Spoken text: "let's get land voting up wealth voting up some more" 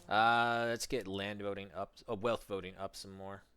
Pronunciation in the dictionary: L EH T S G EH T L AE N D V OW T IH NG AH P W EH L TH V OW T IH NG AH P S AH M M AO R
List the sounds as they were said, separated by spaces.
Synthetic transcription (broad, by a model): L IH T S G EH T L AE N D V OW T IH NG AH P W EH L TH V OW T IH NG AH P S AH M M AO R